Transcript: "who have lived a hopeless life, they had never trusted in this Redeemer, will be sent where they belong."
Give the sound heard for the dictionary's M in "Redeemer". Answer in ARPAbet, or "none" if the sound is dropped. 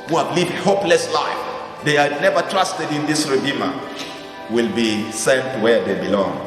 M